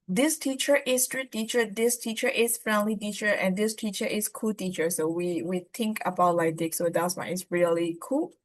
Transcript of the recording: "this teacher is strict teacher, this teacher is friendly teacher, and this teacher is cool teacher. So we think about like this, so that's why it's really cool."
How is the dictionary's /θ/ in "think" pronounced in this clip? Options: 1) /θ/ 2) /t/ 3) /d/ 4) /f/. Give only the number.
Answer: 2